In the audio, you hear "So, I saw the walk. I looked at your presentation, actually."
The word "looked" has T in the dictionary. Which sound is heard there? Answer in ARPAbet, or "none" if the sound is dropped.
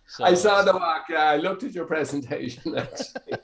T